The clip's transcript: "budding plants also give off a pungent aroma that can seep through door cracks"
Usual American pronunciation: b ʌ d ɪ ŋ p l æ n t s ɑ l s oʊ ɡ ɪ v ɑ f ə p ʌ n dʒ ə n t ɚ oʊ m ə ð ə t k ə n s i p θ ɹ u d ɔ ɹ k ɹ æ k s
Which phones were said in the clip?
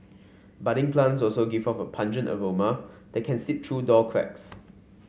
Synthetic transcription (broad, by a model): b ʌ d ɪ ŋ p l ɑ n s ɑ l s oʊ ɡ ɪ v ɑ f ə p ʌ n dʒ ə n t ɚ oʊ m ə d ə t k ə n s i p t ɹ u d ɔ l k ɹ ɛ k s